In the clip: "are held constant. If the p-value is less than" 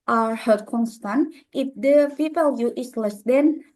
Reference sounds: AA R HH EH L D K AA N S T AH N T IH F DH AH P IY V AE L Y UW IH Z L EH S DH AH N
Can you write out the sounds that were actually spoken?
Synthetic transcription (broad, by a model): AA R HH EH D K AA N S T AH N T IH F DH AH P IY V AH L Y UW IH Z L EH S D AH N